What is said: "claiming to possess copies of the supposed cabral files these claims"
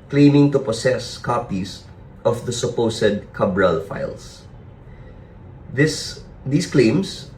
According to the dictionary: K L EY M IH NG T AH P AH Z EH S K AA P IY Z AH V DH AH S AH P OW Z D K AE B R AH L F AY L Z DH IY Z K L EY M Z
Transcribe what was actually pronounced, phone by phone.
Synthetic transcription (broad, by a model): K L EY M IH NG T AH P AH S EH S K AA P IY S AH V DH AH S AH P OW S D K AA B R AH L F AY L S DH IY S K L EY M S